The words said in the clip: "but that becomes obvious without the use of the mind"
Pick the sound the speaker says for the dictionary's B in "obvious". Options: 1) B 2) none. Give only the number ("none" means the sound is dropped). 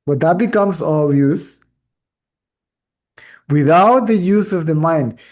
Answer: 2